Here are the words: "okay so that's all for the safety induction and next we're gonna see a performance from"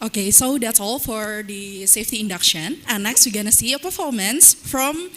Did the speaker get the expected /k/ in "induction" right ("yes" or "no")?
yes